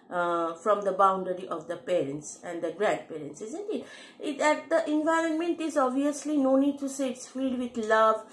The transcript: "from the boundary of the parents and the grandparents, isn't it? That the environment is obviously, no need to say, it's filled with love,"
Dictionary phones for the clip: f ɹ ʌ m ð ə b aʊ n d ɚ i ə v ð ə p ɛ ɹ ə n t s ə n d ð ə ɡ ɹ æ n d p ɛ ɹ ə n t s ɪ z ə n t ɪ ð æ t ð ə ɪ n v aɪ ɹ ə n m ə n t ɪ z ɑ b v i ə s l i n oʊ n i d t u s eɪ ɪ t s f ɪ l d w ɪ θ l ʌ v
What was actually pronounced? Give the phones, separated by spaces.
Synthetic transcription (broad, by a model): f ɹ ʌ m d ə b aʊ n d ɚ i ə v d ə p ɛ ɹ ə n t s ə n d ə ɡ ɹ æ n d p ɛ ɹ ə n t s ɪ z ə n t ɪ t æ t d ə ɪ n v aɪ ɹ ə n m ə n t ɪ z ɑ b v i ə s l i n oʊ n i d t u s eɪ ɪ t s f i d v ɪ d l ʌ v